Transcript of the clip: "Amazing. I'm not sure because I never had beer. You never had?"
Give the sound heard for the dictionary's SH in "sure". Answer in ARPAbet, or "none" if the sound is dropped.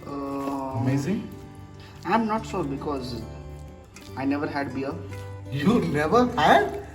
S